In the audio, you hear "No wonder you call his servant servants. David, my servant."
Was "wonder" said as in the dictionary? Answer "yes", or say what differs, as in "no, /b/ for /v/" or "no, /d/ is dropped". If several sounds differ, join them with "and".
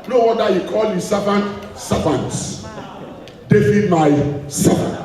no, /n/ is dropped